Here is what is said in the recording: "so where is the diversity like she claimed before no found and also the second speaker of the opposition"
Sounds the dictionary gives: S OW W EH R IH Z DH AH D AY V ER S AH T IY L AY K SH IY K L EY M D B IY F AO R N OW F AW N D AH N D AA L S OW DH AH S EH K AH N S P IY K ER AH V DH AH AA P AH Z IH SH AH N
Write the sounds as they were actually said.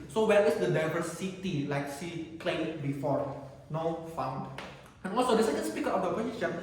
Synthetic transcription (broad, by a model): S OW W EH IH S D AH D AY V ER S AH T IY L AY K S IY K L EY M B IY F AO R N OW F AW N D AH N AA L S OW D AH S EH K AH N S P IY K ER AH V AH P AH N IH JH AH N